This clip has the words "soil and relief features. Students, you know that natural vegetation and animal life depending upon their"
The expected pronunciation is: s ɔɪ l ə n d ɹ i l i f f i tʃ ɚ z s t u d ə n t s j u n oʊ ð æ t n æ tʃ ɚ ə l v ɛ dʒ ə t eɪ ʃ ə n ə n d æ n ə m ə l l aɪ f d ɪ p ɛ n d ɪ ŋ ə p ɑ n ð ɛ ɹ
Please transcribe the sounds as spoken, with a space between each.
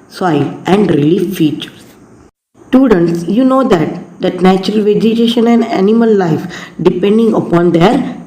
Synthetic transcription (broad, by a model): s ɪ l ə n d ɹ i l i f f i tʃ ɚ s t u d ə n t s j u n oʊ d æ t n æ tʃ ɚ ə l v ɛ dʒ ə t eɪ ʃ ə n ə n d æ n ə m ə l l aɪ f d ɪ p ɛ n d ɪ ŋ ə p ɑ n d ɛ ɹ